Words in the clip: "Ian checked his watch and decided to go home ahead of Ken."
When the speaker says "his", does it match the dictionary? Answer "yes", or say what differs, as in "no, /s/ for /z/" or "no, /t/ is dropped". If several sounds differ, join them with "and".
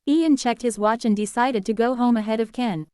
yes